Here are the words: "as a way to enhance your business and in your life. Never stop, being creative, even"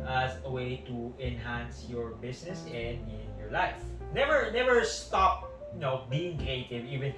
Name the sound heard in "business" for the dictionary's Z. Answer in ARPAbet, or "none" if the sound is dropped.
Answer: S